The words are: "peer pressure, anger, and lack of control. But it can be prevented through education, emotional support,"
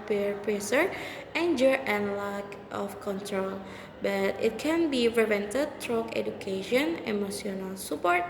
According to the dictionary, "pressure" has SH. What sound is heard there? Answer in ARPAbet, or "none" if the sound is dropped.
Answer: S